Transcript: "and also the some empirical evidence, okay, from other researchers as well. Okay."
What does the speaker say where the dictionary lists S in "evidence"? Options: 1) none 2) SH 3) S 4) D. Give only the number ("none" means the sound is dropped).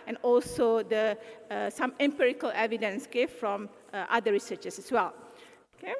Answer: 3